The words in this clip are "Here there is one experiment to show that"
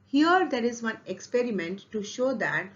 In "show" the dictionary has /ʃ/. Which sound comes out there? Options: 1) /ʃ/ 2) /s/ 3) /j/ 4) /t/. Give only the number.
1